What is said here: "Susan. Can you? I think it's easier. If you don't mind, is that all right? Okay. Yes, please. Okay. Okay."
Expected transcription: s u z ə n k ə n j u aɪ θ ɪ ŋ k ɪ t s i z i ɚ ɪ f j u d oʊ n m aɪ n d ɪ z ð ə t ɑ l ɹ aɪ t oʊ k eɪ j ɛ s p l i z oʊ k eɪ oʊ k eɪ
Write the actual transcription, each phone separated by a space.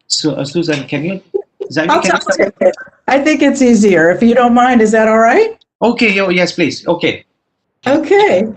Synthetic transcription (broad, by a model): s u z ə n k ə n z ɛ aɪ θ ɪ ŋ k ɪ t s i z i ɚ ɪ f j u d oʊ n m aɪ n d ɪ z ð ə t ɑ l ɹ aɪ t oʊ k eɪ j ɛ s p l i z oʊ k eɪ oʊ k eɪ